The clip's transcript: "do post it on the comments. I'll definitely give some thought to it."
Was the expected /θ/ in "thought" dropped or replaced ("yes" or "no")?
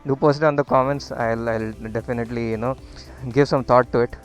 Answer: yes